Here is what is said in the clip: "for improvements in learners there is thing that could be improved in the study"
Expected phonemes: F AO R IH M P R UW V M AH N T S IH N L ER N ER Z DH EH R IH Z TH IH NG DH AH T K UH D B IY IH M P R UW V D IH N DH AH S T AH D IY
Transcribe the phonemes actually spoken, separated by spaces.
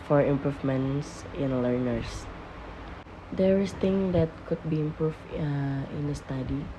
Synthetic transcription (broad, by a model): F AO R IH M P R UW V M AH N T S IH N L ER N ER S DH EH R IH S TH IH NG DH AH T K UH D B IY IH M P R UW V IH N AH S T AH D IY